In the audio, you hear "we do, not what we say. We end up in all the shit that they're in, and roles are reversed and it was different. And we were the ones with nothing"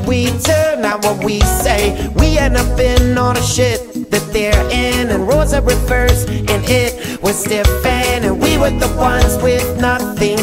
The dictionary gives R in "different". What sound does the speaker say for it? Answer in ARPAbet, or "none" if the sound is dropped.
none